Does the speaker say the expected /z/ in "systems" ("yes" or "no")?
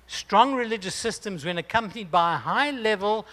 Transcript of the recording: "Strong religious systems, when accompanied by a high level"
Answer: yes